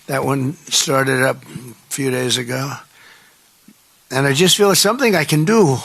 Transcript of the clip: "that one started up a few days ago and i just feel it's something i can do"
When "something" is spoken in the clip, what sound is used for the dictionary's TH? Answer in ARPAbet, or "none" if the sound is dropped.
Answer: TH